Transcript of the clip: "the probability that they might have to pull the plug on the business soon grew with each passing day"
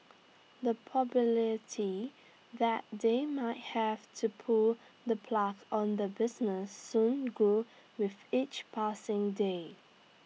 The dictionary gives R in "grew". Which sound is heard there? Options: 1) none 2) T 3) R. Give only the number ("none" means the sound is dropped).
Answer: 1